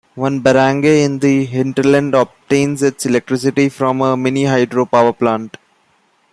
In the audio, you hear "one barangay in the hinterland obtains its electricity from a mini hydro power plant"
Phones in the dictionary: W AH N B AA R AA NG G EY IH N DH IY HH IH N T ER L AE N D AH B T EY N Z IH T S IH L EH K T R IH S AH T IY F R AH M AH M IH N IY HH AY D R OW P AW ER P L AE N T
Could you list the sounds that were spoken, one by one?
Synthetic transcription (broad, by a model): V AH N B AA R AA NG G EY IH N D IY HH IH N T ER L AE N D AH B T EY N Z IH T S IH L EH K T R IH S AH T IY F R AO M AH M IH N IY HH AY D R OW P AW ER P L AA N T